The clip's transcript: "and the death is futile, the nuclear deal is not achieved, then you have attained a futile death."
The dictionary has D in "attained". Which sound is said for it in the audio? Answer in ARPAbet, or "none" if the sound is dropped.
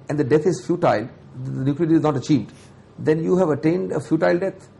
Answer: D